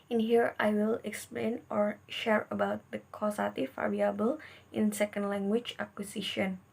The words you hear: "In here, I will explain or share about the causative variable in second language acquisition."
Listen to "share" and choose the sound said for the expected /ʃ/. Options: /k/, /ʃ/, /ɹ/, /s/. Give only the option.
/ʃ/